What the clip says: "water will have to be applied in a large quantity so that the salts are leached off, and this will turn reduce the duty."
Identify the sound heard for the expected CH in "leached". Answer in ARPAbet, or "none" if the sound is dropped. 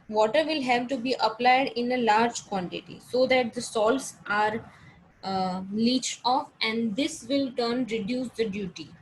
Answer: CH